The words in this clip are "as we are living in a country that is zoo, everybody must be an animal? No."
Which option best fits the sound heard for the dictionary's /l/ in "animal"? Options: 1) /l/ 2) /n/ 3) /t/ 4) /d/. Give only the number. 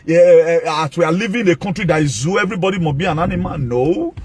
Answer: 2